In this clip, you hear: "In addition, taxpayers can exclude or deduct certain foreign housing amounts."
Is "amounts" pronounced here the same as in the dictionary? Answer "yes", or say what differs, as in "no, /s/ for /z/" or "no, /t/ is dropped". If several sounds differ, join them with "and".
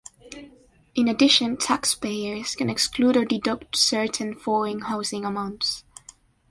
yes